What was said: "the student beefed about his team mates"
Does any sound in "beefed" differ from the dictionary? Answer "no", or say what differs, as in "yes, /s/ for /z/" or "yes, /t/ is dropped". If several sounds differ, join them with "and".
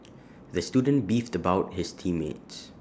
no